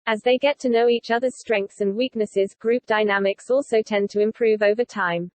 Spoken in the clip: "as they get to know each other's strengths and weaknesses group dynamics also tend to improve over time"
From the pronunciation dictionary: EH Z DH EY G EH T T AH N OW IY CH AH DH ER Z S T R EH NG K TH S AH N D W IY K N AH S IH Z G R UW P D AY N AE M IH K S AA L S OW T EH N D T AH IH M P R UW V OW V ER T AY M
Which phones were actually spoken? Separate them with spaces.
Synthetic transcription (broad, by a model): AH Z DH EY G EH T T AH N OW IY CH AH DH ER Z S T R EH NG K TH S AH N W IY K N AH S IH Z G R UW P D AY N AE M IH K S AA L S OW T EH N T AH IH M P R UW V OW V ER T AY M